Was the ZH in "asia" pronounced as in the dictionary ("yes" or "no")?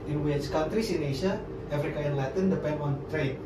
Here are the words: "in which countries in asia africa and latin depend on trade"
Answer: no